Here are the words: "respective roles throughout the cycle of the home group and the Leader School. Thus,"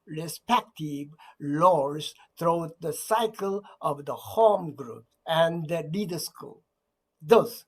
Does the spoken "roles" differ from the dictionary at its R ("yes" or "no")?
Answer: yes